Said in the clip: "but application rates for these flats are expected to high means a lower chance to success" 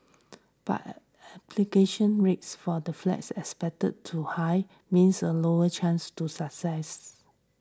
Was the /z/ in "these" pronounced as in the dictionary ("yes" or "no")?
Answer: no